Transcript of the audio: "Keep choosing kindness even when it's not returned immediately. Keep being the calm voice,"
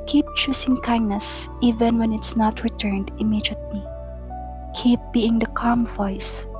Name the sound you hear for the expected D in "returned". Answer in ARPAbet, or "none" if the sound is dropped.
D